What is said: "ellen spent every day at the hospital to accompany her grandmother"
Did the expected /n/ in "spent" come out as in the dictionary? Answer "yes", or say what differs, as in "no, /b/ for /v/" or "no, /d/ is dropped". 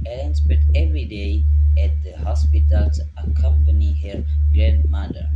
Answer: no, /n/ is dropped